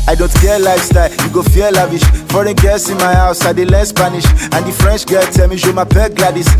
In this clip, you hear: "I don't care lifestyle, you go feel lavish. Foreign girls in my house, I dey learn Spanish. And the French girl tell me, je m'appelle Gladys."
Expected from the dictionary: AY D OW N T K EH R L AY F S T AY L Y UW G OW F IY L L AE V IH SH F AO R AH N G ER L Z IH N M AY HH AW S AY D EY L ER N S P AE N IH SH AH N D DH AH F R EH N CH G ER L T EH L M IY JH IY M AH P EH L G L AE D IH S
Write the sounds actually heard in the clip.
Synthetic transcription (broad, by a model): AY D OW N T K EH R L AY F S T AY L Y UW G OW F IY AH L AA V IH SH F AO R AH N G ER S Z IH N M AY HH AW S AY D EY L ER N S P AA N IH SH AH N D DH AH F R EH N CH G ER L T EH L M IY SH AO M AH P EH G L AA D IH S